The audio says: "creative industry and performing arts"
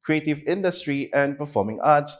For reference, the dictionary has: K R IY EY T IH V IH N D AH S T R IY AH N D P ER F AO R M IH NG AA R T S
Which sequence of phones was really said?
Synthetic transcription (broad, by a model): K R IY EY T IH V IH N D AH S T R IY AH N D P ER F AO R M IH NG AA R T S